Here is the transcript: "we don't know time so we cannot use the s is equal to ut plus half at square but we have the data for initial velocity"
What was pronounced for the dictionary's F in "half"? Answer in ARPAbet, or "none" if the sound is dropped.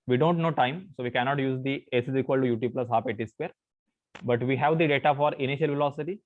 P